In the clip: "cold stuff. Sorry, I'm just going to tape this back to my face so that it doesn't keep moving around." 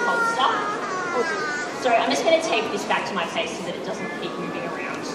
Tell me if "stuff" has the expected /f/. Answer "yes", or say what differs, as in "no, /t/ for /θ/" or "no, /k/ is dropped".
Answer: no, /p/ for /f/